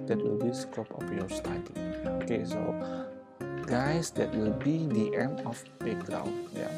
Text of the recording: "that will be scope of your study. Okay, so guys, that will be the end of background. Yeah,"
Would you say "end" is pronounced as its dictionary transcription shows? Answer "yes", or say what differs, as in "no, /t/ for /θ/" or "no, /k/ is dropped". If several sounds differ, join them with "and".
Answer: no, /d/ is dropped